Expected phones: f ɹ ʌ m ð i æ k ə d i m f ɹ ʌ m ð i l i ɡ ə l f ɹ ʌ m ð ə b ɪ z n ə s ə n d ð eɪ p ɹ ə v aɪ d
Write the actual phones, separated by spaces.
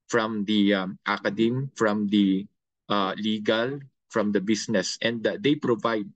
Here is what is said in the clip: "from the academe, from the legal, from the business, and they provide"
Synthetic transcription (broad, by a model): f ɹ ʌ m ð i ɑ k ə d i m f ɹ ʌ m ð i l i ɡ ə l f ɹ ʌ m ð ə b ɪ s n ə s ə n d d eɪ p ɹ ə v aɪ d